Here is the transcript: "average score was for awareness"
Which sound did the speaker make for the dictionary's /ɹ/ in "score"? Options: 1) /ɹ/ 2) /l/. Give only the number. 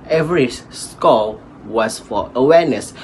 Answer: 2